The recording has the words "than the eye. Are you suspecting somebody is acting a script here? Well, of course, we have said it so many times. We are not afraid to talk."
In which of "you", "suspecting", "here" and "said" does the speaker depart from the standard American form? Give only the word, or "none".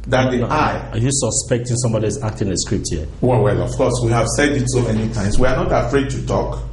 here